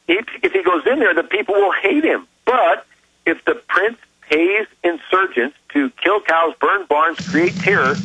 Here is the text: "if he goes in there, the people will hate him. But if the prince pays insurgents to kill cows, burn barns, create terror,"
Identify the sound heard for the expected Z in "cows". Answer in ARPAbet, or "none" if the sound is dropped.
Z